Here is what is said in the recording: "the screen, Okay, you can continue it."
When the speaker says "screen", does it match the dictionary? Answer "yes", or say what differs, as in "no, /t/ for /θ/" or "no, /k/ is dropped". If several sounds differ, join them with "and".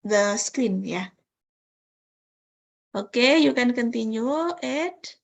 no, /ɹ/ is dropped